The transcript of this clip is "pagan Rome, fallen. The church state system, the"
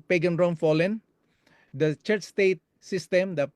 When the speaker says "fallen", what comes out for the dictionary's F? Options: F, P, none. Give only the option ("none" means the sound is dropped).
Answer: F